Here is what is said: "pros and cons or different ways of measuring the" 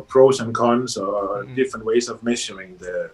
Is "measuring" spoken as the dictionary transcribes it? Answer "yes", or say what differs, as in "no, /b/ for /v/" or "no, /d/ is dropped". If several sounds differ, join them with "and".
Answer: no, /ʃ/ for /ʒ/